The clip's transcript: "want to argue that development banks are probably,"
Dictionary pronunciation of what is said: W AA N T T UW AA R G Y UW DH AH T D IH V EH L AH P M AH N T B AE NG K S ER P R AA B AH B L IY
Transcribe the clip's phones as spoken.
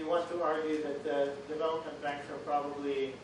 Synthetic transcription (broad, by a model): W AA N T T UW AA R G Y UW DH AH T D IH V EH L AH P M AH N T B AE K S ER P R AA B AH B L IY